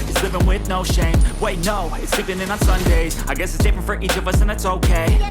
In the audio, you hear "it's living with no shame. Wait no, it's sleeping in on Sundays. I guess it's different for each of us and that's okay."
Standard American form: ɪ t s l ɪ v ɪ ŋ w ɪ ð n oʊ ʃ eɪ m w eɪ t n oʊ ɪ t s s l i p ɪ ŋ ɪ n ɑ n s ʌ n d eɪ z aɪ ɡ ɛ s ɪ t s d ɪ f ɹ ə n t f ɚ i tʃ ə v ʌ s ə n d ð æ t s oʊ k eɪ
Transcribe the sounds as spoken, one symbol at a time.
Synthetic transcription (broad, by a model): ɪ t s l ɪ v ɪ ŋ w ɪ ð n oʊ ʃ eɪ m w eɪ t n oʊ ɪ t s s i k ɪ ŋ ɪ n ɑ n s ʌ n d eɪ z aɪ ɡ ɛ s ɪ t s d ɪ f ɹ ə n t f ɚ i tʃ ə v ʌ s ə n ð æ t s oʊ k eɪ